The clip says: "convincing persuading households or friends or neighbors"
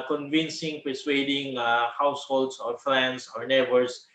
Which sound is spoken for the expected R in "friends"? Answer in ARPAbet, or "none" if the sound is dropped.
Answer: L